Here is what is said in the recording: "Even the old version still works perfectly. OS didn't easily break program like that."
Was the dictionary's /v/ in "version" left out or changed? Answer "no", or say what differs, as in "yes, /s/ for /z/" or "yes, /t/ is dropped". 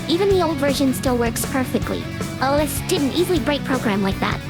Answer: no